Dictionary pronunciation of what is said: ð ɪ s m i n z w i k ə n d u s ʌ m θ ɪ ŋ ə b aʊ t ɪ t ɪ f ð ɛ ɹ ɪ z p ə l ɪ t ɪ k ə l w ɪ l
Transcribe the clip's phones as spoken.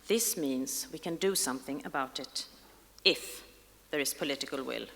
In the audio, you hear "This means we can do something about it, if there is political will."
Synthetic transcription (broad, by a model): ð ɪ s m i n z w i k ə n d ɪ s ʌ m θ ɪ ŋ ə b aʊ t ɪ t ɪ f ð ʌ ɹ ɪ z p ə l ɪ t ɪ k ə l w ɪ l